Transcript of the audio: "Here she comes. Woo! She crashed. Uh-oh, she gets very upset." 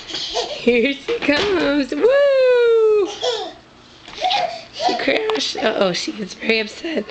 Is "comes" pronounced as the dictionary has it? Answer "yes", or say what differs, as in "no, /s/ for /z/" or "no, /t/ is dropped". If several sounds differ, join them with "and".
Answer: yes